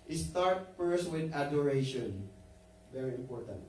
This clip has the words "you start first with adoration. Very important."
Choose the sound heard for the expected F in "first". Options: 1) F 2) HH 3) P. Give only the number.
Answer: 3